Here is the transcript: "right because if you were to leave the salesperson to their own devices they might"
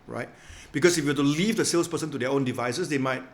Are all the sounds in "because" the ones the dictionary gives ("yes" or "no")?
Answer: no